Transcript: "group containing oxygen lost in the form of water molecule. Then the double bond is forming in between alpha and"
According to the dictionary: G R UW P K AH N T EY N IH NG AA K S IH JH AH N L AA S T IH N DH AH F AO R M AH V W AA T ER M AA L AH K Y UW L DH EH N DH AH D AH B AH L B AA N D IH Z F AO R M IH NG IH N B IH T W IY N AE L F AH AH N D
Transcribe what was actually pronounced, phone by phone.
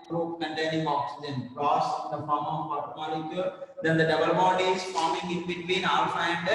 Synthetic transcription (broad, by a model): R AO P K AH N T EY N IH NG AA K S IH JH AH N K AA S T IH N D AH F AO R M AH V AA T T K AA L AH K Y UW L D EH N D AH D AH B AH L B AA D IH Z F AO R M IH NG IH N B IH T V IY N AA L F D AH N D